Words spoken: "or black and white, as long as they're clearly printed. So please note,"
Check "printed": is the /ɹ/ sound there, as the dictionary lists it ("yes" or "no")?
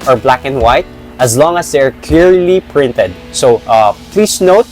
yes